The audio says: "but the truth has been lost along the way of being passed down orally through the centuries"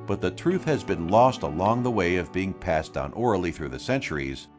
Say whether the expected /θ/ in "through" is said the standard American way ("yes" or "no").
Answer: yes